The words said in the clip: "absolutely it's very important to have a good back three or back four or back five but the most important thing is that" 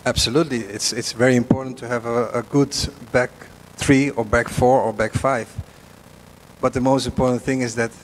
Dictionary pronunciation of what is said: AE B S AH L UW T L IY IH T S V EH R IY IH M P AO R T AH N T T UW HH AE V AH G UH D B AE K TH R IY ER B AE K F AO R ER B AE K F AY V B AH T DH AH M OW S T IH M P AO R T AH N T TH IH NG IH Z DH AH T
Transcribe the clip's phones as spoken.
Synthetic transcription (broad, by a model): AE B S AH L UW T L IY IH T S V EH R IY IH M P AO R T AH N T T UW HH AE V AH G UH D B AE K TH R IY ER B AE K F AO R ER B AE K F AY V B AH T DH AH M OW S T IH M P AO R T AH N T TH IH NG IH Z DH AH T